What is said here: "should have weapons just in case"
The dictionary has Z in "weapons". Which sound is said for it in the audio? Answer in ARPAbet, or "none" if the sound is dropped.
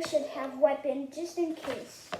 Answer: none